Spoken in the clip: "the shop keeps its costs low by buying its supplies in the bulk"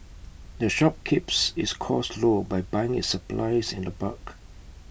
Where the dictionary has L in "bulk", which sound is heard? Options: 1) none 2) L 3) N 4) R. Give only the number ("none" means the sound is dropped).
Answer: 1